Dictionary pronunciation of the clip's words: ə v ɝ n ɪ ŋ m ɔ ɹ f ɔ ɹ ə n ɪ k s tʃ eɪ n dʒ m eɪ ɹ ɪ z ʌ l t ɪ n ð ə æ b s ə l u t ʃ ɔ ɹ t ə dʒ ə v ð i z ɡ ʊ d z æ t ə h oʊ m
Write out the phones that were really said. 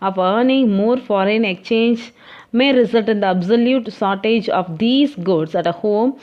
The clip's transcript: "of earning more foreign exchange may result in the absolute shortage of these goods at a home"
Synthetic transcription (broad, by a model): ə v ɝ n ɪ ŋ m ɔ ɹ f ɔ ɹ ə n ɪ k tʃ eɪ n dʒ m eɪ ɹ ɪ z ʌ l t ɪ n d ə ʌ b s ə l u t s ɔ ɹ t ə dʒ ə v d i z ɡ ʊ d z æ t ə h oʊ m